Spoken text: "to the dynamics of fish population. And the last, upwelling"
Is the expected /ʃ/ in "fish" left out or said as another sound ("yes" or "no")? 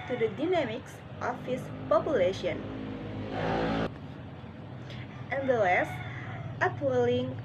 yes